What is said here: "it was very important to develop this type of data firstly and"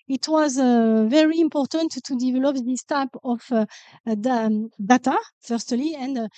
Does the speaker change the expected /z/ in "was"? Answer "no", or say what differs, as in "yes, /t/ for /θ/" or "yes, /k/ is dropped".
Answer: no